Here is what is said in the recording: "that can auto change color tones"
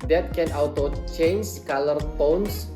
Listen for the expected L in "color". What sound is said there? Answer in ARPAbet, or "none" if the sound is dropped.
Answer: L